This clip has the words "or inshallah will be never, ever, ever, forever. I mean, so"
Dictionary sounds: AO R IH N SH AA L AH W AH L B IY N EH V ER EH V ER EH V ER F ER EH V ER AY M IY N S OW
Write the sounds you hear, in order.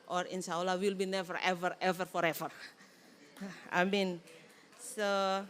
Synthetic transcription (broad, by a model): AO R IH N S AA L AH W AH L B IY N EH V ER EH V ER EH V ER F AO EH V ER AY M IY N S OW